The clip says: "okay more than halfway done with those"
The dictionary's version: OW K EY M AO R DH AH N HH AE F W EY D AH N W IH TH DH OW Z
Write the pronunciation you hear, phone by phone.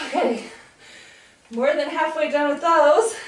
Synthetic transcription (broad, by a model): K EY M AO R DH AH N HH AE F W EY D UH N W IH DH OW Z